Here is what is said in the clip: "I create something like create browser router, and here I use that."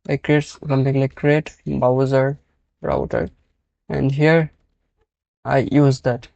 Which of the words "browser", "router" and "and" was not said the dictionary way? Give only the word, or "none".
browser